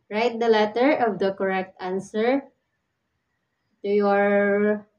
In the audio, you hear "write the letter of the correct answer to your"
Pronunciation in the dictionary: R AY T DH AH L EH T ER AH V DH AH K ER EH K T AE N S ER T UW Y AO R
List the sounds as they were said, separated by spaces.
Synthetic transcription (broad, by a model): R AY T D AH L EH T ER AH V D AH K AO EH K T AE N S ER T UW Y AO R